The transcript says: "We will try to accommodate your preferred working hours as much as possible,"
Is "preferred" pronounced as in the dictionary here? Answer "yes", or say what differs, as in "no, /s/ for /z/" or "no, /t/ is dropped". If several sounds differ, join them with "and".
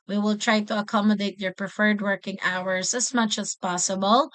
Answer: yes